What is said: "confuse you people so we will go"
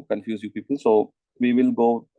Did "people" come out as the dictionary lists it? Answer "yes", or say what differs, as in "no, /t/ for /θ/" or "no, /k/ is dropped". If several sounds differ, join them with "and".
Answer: no, /n/ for /l/